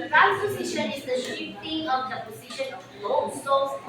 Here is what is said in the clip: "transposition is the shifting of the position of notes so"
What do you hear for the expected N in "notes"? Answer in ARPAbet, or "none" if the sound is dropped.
L